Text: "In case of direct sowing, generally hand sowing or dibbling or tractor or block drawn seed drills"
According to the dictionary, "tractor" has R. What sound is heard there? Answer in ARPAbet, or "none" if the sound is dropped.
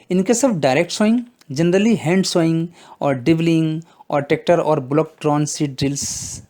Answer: none